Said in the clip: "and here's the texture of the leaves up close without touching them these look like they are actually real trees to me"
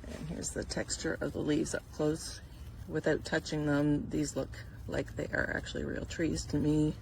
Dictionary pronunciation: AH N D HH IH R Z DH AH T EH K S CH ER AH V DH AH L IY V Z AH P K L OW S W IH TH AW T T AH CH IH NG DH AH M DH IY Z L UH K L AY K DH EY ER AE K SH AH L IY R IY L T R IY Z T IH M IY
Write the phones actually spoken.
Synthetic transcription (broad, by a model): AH N HH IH R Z DH AH T EH K S CH ER AH V DH AH L IY V Z AH P K L OW S W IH TH AW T T AH CH IH NG DH AH M DH IY Z L UH K L AY K DH EY ER AE K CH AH L IY R IY L T R IY Z T IH M IY